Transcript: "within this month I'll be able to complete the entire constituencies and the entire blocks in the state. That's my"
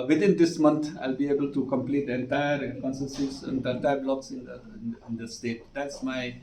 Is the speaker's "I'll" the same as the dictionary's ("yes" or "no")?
yes